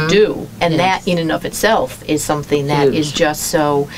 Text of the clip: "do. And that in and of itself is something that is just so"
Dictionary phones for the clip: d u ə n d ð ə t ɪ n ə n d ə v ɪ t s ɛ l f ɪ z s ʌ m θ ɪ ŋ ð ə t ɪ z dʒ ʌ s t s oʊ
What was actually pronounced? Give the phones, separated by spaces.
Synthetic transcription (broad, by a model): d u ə n ð ə t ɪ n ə n ə v ɪ t s ɛ l f ɪ z s ʌ m θ ɪ ŋ ð ə t ɪ z dʒ ʌ s t s oʊ